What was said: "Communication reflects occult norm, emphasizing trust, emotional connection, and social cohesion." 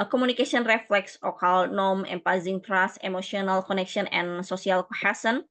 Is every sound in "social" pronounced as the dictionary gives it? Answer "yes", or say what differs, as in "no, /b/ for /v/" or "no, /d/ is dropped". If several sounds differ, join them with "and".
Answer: no, /ʃ/ is dropped